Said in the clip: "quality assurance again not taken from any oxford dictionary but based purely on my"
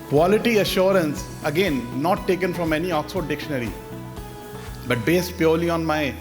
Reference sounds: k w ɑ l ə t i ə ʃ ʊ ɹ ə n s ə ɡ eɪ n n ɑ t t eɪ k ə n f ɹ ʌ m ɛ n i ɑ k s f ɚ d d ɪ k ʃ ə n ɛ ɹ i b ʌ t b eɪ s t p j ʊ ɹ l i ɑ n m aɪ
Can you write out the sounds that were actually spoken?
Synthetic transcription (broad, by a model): k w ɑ l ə t i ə ʃ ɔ ɹ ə n s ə ɡ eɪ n n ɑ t t eɪ k ə n f ɹ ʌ m ɛ n i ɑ k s ɔ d d ɪ k ʃ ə n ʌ ɹ i b ʌ t b eɪ s t p j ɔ ɹ l i ɑ n m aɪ